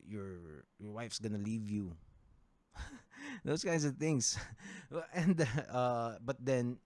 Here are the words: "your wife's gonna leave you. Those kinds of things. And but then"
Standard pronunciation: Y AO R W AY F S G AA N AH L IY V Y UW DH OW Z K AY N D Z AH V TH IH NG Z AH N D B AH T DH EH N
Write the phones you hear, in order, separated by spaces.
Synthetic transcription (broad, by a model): Y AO R W AY F S G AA N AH L IY V Y UW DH OW S K AY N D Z AH V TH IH NG S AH N D B AH T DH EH N